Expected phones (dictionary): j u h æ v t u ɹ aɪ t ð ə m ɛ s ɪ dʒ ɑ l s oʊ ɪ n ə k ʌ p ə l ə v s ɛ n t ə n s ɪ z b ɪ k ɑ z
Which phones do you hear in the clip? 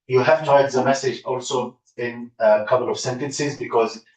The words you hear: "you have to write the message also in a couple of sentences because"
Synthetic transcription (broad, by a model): j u h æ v t u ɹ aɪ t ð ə m ɛ s ɪ dʒ ɑ l s oʊ ɪ n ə k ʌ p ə l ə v s ɛ n t ə n s ɪ z b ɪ k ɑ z